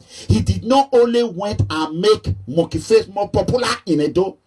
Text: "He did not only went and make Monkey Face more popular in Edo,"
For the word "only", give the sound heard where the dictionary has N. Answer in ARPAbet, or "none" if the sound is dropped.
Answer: N